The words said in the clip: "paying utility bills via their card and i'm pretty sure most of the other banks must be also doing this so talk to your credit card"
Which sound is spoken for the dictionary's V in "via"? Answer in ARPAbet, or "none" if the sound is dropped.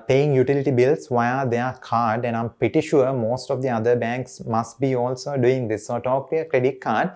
V